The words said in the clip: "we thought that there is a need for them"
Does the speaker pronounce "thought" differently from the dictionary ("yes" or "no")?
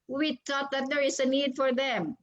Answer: yes